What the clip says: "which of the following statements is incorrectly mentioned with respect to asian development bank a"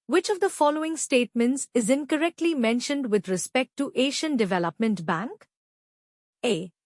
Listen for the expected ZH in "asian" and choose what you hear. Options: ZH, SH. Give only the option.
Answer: SH